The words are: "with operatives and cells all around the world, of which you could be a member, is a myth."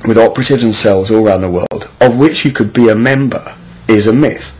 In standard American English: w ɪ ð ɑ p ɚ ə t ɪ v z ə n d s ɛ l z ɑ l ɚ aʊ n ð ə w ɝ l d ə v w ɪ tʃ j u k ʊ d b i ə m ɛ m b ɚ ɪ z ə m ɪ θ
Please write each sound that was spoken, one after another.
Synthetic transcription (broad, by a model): w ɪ ð ɑ p ɚ ə t ɪ v z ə n s ɛ l z ɑ l ɚ aʊ n ð ə w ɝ l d ə v w ɪ tʃ j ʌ k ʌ d b i ə m ɛ m b ɚ ɪ z ə m ɪ θ